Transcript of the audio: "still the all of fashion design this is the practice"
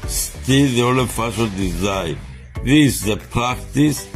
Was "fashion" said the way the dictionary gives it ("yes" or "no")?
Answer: no